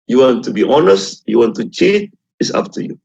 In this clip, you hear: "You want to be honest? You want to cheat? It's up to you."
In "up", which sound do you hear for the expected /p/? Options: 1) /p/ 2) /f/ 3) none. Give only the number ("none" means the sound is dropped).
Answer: 2